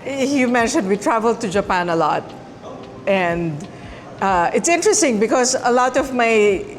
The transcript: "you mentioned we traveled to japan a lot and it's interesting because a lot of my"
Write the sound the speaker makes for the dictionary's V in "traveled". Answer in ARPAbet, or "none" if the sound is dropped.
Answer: V